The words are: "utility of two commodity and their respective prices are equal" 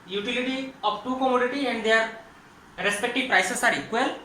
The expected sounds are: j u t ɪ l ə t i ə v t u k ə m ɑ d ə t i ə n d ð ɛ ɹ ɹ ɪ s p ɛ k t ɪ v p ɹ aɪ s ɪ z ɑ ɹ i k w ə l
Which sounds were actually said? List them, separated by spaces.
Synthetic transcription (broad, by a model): j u t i l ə t i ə p t u k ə m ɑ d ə t i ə n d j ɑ ɹ ɹ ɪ s p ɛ k t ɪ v p ɹ aɪ s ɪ s ɑ ɹ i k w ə l